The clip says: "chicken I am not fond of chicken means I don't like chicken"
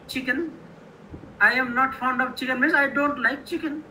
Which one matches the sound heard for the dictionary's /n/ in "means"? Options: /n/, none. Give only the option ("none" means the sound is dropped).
none